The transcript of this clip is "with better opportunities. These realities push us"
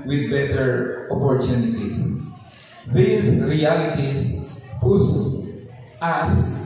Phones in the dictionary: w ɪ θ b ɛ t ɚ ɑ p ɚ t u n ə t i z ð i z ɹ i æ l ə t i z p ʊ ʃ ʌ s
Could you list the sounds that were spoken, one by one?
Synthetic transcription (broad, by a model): w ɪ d b ɛ t ɚ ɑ p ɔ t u n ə t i s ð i s ɹ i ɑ l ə t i s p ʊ s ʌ s